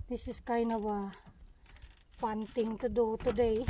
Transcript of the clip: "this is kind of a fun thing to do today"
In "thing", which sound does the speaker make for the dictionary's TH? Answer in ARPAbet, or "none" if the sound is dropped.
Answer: T